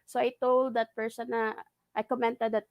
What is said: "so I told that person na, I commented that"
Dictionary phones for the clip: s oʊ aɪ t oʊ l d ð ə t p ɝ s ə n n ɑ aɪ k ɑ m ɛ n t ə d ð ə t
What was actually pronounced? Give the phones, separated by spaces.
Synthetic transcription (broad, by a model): s oʊ aɪ t oʊ l d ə t p ɝ s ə n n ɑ aɪ k ɑ m ɛ n t ə d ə t